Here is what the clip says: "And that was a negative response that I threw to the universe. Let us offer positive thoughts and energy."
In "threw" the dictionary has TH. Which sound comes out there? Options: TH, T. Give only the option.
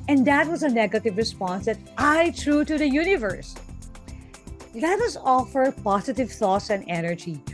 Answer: T